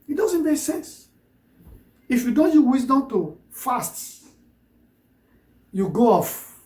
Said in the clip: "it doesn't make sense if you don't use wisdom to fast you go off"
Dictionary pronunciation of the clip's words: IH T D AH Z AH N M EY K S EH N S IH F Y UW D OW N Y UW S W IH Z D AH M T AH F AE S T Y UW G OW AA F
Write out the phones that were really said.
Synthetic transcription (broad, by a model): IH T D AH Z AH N M EY K S EH N S IH F Y UW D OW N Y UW W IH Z D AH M T AH F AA S T Y UW G OW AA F